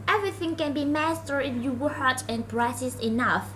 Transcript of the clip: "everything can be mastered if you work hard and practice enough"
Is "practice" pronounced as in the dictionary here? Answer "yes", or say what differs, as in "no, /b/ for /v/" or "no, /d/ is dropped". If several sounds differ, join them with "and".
no, /k/ is dropped